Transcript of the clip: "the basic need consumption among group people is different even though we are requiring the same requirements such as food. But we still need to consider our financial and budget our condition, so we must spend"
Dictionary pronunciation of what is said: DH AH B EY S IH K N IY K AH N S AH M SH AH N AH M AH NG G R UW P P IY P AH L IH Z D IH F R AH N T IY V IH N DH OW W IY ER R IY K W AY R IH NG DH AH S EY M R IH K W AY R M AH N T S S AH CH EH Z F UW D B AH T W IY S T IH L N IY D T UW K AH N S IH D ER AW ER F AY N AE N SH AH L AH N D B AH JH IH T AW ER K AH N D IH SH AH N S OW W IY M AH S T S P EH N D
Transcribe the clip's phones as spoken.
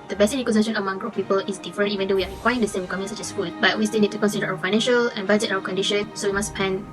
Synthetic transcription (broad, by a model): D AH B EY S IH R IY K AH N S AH SH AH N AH M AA NG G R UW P P IY P AH L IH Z D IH F R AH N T IY V IH N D OW W IY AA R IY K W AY IH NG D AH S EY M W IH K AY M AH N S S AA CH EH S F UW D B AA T W IY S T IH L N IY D T UW K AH N S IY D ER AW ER F AY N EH N SH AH L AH N B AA JH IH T AW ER K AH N D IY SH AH N S OW W IY M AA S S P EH N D